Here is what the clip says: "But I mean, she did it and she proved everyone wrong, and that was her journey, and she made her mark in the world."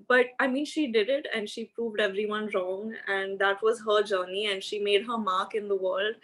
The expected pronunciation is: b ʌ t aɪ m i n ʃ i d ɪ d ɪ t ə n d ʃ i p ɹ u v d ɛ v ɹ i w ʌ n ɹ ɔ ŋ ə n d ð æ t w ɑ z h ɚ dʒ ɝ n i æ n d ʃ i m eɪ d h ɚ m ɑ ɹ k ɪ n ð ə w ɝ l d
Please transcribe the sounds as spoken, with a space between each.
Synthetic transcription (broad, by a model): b ʌ t aɪ m i n ʃ i d ɪ d ɪ t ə n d ʃ i p ɹ u v d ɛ v ɹ i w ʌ n ɹ ɔ ŋ ə n d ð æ t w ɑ z h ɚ dʒ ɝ n i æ n d ʃ i m eɪ d h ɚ m ɑ ɹ k ɪ n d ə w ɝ l d